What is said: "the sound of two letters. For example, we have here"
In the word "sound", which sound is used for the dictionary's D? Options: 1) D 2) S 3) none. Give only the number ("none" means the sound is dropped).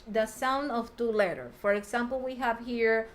1